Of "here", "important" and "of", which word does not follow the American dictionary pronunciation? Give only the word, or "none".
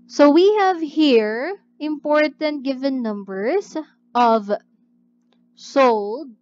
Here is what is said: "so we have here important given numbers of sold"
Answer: none